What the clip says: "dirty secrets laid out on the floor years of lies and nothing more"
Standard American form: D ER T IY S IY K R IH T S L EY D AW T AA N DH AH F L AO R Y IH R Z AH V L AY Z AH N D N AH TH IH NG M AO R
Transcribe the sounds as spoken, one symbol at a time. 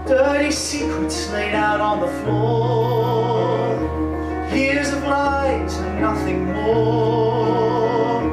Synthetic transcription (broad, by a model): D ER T IY S IY K R IH T S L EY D AW T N DH AH F L AO R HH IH R Z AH B L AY AH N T N AH TH IH NG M AO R